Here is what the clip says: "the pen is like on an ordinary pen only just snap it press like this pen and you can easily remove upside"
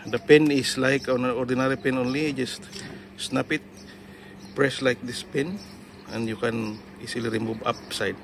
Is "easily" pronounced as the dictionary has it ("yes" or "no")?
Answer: no